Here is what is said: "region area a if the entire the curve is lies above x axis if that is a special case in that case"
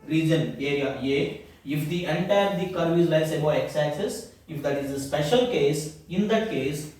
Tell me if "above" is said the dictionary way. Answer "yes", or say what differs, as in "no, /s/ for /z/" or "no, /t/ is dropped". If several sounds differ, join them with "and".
no, /v/ is dropped